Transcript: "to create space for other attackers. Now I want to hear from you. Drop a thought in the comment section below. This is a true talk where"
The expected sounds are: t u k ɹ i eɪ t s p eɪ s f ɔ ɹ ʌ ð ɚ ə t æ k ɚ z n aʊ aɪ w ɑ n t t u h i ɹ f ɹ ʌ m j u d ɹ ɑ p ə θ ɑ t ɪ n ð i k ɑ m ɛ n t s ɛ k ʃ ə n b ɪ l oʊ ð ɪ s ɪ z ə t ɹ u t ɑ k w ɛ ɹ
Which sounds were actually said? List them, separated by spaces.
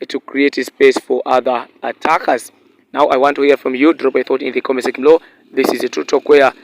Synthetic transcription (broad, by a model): t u k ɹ i eɪ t s p eɪ s f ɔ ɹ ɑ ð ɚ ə t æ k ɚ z n aʊ aɪ w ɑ n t t u h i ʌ f ɹ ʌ m j u d ɹ ɑ p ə θ ɑ t ɪ n ð i k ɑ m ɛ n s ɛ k ə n l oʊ ð ɪ s ɪ z ə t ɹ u t ɑ k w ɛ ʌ